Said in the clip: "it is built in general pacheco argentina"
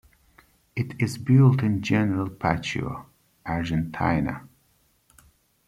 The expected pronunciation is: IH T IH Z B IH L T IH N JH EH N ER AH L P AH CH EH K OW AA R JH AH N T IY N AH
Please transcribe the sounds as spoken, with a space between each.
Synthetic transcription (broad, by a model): IH T IH Z B IH L T IH N JH EH N ER AH L P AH CH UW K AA R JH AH N T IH N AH